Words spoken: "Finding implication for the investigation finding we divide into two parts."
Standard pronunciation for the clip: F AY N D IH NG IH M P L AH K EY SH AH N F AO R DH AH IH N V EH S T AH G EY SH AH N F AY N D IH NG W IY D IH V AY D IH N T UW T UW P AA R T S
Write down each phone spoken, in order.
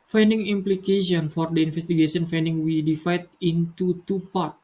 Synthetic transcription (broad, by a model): F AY N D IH NG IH M P L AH K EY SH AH N F AO R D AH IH N F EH S T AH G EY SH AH N F AY N D IH NG W IY D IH F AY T IH N T UW T UW P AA R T